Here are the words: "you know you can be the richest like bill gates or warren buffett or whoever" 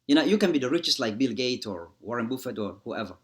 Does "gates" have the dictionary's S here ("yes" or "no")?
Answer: no